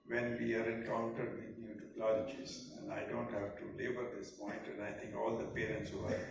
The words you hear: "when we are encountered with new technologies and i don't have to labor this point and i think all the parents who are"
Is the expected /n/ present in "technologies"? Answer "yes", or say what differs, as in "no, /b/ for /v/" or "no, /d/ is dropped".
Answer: no, /l/ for /n/